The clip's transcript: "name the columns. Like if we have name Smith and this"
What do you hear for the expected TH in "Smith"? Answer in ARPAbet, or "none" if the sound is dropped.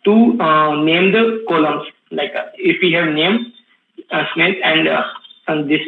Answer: T